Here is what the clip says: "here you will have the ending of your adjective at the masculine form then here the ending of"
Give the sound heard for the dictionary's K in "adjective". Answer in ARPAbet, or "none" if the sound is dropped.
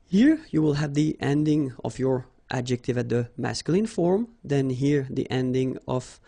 K